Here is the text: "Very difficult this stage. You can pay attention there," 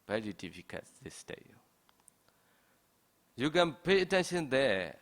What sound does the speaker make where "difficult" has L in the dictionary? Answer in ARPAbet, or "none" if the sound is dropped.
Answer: none